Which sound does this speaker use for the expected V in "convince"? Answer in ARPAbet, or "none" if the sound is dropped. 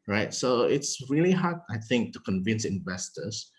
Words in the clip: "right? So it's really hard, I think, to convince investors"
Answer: V